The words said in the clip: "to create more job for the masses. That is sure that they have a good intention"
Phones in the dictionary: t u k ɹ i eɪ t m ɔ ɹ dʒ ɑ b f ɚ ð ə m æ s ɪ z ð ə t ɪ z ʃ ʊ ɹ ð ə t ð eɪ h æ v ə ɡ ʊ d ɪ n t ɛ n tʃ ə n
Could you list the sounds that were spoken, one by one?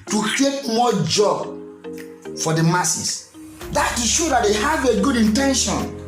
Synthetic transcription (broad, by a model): t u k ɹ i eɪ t m ɔ dʒ ɑ b f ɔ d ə m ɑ s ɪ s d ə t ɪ ʃ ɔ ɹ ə t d eɪ h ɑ v ə ɡ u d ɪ n t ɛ n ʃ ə n